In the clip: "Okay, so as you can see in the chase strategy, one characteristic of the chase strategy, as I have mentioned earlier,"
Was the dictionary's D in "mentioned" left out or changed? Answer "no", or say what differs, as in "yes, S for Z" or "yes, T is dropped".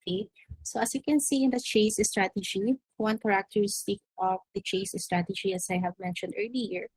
no